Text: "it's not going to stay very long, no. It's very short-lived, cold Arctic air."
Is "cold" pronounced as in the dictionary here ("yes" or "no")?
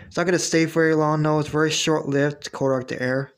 no